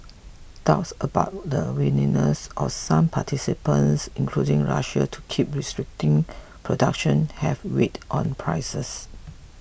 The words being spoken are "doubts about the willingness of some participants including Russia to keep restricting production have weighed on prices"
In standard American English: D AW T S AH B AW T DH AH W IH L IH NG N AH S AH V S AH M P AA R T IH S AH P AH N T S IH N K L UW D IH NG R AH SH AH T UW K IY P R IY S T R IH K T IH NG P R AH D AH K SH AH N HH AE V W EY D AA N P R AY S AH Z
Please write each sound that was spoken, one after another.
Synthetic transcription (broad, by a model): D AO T S AH B AW T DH AH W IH N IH N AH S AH F S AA M P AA T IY S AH P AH N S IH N K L UW D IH NG R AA SH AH T UW K IY P R IY S T R IH K T IH NG P R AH D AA K SH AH N HH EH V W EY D AA N P R AY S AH S